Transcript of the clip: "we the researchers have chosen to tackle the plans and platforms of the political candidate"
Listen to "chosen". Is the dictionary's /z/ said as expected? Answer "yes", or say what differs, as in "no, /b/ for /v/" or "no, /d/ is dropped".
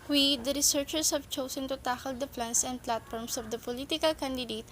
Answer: no, /s/ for /z/